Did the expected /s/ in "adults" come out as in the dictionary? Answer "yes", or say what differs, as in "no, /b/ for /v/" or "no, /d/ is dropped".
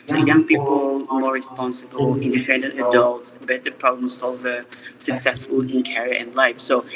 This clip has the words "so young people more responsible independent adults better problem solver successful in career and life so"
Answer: no, /s/ is dropped